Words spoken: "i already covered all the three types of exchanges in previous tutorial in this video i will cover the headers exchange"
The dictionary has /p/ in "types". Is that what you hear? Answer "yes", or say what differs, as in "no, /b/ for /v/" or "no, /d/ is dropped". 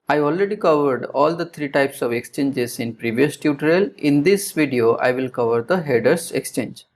yes